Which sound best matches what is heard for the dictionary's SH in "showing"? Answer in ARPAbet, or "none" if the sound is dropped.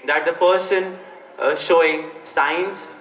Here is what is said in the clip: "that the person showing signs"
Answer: SH